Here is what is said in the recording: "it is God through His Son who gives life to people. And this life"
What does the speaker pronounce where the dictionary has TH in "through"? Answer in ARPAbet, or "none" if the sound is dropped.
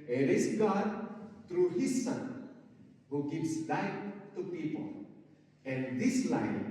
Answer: T